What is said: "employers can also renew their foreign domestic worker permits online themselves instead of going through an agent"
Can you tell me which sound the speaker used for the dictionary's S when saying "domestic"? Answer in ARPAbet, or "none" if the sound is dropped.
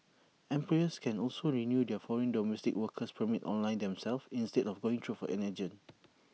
S